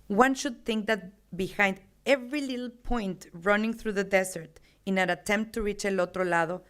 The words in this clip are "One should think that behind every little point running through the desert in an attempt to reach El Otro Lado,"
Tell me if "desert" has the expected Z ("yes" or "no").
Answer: no